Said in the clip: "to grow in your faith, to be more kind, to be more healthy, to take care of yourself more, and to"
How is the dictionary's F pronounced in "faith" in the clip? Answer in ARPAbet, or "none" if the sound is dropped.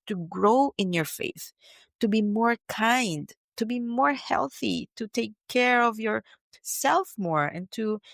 F